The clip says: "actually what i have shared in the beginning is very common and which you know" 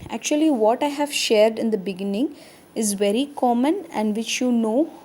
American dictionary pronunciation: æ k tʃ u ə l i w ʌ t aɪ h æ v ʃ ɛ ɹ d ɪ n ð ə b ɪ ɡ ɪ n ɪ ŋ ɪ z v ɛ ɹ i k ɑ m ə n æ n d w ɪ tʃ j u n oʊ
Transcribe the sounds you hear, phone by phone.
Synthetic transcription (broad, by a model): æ k tʃ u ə l i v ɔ t aɪ h æ v ʃ ɛ ɹ d ɪ n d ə b ɪ ɡ ɪ n ɪ ŋ ɪ z v ɛ ɹ i k ɑ m ə n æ n d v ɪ tʃ j u n oʊ